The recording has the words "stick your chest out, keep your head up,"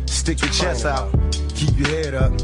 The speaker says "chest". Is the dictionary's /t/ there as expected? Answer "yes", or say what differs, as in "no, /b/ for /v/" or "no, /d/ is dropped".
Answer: no, /t/ is dropped